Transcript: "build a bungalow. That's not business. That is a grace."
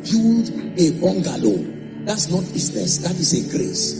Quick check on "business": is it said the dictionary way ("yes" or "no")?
no